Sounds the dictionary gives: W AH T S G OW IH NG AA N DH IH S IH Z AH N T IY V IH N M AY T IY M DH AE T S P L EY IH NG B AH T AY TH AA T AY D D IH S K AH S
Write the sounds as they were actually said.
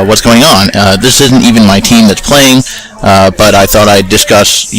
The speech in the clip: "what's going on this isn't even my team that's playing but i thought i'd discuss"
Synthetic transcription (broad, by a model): W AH T S G OW IH NG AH N DH IH S IH Z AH N T IY V IH N M AY T IY M DH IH T S P L EY IH NG B AH T AY TH AA T AY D D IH S K AH S